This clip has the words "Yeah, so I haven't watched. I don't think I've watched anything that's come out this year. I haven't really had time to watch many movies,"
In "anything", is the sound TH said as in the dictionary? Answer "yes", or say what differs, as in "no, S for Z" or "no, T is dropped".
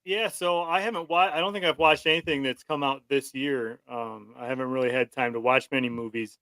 yes